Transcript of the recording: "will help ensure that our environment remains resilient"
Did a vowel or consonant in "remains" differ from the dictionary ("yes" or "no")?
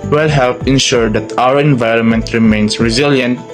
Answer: yes